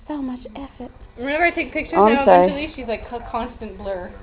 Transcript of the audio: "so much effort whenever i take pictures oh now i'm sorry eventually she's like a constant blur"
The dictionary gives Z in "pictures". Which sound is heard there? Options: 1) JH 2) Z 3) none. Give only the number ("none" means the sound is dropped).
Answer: 3